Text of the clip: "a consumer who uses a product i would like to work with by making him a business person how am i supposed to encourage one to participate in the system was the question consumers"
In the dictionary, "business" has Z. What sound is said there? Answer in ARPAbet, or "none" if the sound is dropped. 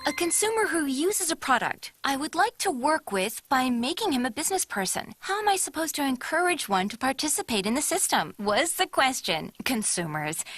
Z